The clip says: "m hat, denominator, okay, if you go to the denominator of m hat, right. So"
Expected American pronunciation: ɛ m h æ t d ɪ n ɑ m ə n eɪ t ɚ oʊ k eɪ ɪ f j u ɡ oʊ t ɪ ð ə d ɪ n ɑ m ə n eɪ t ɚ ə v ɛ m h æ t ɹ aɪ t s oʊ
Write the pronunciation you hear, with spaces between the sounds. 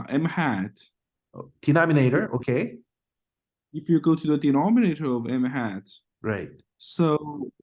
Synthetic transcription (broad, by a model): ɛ m h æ t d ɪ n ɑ m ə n eɪ t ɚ oʊ k eɪ ɪ f j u ɡ oʊ t ɪ ð ə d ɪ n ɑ m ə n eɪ t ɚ ə v ɛ m h æ t ɹ aɪ t s oʊ